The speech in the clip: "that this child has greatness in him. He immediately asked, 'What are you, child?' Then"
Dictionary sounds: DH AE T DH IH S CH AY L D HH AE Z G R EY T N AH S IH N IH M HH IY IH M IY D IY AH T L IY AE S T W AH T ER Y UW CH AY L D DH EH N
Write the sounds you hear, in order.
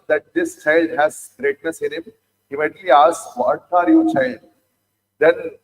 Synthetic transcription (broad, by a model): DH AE T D IH S CH AY L D HH AE Z G R EY T N AH S IH N IH M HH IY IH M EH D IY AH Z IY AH T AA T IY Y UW CH AY L D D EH N